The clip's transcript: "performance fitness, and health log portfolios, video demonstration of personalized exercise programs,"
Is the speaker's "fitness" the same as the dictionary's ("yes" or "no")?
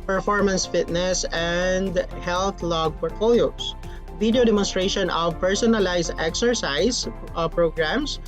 yes